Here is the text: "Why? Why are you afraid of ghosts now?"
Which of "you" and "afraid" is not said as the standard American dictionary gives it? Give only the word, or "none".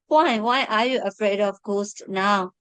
none